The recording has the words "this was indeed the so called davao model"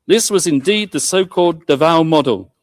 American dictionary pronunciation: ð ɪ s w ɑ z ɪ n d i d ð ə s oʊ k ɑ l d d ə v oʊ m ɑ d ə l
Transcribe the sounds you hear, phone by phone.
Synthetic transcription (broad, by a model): ð ɪ s w ɑ z ɪ n d i d ð ə s oʊ k ɑ l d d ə v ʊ m ɑ d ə l